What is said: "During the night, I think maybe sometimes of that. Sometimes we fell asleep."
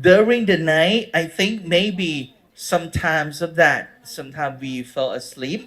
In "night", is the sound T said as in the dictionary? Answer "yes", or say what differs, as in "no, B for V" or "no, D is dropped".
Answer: yes